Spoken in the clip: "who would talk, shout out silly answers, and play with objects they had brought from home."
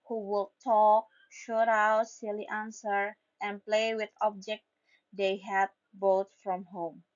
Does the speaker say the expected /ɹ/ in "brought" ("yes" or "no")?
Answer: no